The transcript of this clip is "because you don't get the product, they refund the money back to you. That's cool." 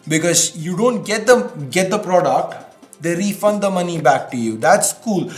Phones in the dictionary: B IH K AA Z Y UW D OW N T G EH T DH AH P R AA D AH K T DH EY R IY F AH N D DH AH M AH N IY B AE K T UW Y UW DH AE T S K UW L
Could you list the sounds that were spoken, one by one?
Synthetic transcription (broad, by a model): B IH K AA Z Y UW D OW N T G EH T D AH P R AA D AH K T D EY R IY F AH N D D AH M AH N IY B AE K T UW Y UW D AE T S K UW L